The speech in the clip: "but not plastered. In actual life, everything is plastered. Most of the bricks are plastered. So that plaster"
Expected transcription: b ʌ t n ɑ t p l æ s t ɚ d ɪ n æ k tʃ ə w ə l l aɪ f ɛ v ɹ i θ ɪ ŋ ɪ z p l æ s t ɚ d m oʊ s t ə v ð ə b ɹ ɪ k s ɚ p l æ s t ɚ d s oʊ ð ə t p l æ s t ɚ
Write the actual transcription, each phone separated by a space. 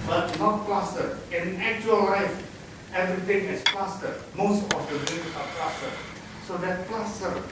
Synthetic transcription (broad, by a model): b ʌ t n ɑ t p l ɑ s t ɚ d ɪ n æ k tʃ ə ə l l aɪ f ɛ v ɹ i t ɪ ŋ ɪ s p l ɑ s t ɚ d m oʊ s t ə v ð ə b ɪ s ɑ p l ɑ s t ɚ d s oʊ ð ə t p l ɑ s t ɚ